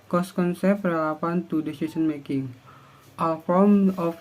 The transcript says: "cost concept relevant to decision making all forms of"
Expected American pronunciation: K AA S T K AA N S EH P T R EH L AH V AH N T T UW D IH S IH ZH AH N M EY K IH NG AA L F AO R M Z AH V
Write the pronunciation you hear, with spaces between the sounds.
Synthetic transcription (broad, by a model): K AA S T K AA N S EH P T R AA L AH P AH N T T UW D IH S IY S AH N M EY K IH NG AA L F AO M AH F